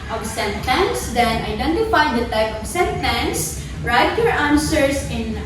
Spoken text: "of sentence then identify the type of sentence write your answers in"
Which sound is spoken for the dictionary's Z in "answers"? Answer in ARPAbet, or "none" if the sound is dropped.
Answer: S